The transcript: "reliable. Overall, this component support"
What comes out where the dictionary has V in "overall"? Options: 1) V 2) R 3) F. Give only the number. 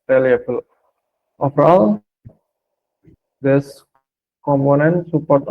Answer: 3